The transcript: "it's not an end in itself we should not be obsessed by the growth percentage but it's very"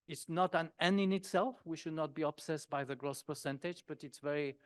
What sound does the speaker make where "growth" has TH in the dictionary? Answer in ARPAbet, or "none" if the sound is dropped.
S